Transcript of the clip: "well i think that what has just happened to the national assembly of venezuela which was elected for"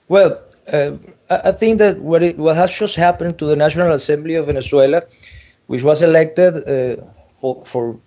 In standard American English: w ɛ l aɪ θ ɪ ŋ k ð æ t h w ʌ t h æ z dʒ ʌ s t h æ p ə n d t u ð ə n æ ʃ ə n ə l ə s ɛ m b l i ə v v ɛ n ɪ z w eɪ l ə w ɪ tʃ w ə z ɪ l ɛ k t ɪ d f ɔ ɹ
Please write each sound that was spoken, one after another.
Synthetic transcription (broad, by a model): w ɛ l aɪ θ ɪ ŋ k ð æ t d w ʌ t h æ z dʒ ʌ s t h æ p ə n t u ð ə n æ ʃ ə n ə l ə s ɛ m b l i ə v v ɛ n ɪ s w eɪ l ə w ɪ tʃ w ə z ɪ l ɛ k t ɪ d f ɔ ɹ